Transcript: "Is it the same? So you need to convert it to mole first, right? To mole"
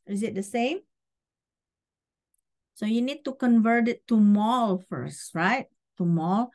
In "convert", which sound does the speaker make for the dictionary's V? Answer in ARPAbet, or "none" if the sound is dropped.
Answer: V